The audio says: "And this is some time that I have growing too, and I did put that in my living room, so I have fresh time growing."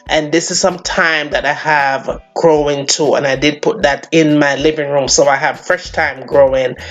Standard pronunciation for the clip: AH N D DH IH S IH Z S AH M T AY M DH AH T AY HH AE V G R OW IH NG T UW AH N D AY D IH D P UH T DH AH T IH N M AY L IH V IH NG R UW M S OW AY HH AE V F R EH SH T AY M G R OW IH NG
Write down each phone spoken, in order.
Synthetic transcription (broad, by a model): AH N DH IH S IH Z S AH M T AY M DH AH T AY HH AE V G R OW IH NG T UW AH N AY D IH D P UH T DH AH T IH N M AY L IH V IH NG R UW M S OW AY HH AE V F R EH SH T AY M G R OW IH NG